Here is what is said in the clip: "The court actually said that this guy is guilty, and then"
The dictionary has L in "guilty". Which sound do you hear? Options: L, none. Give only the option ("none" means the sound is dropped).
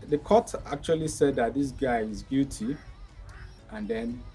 none